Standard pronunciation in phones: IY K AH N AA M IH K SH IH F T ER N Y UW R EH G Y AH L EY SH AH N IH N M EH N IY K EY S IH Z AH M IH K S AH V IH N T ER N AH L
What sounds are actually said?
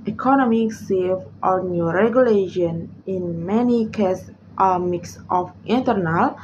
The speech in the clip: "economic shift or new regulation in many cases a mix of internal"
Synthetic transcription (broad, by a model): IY K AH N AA M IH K S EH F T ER N Y UW R EH G Y AH L EY SH AH N IH N M EH N IY K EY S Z AH M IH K S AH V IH N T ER N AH L